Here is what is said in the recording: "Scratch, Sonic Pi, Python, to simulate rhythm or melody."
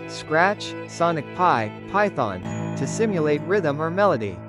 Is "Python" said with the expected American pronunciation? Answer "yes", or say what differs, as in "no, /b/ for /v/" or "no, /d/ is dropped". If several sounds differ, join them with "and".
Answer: yes